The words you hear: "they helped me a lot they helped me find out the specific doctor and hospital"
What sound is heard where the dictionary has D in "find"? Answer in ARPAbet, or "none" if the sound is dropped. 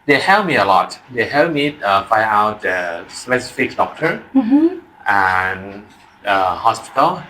none